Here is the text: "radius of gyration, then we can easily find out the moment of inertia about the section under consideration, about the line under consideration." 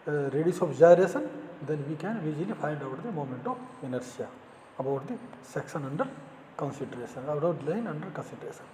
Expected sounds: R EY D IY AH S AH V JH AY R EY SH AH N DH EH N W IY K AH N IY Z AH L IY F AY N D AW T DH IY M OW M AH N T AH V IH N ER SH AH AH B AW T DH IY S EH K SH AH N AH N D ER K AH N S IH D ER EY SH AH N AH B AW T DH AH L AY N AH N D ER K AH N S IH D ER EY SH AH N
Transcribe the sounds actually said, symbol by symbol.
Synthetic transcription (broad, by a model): R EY D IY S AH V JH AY R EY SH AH N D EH N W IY K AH N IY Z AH L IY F AY N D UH T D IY M OW M AH N T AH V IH N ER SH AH AH B AW T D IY S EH K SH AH N AH N D ER K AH N S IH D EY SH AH N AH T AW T L AY N AH N D ER K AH N S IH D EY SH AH N